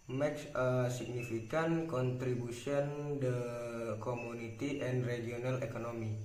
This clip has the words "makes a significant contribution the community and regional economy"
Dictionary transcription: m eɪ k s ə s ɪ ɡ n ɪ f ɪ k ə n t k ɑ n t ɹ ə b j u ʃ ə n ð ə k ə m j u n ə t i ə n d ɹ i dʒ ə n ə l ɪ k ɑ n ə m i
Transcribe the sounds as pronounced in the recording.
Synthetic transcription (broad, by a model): m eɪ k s ə s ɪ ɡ n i f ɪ k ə n k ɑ n t ɹ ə b u s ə n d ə k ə m u n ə t i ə n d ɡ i ə n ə l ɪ k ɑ n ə m i